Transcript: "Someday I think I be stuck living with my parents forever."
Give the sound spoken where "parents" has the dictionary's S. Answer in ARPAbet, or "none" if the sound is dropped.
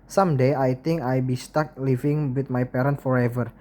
none